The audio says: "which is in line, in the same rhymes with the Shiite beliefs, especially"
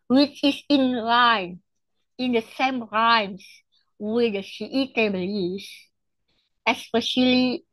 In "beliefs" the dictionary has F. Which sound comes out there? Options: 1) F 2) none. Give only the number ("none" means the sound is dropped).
2